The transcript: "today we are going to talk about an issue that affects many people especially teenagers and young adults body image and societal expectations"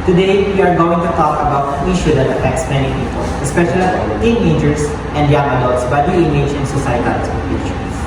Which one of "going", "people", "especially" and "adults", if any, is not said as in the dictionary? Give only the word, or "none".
adults